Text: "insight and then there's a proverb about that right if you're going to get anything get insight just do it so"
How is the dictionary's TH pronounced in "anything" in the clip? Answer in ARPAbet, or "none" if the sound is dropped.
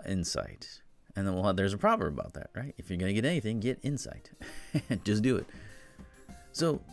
TH